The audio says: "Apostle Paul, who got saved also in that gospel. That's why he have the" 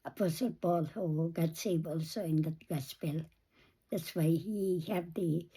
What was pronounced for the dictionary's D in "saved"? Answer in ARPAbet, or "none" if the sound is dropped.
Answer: none